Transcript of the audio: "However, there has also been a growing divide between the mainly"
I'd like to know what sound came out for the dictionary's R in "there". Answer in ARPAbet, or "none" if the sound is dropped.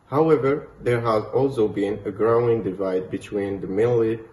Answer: R